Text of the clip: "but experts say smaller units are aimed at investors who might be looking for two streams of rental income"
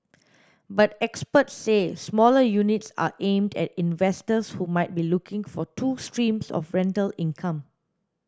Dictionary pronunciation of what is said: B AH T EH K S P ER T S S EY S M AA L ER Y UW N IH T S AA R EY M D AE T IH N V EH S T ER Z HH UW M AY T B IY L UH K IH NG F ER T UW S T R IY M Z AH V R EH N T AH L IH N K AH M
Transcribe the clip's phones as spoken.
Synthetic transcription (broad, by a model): B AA T EH K S P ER T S S EY S M AA L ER Y UW N IH T S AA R EY M D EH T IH N V EH S T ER S HH UW M AY T B IY L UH K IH NG F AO T UW S T R IY M S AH F R EH N T AH L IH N K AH M